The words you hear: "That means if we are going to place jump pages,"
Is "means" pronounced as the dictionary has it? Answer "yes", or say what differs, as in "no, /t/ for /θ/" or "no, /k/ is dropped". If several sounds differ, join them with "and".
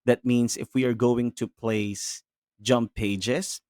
no, /s/ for /z/